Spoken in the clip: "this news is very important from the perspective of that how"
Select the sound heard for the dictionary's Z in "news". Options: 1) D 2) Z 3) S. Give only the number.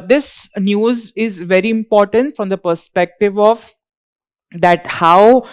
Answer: 2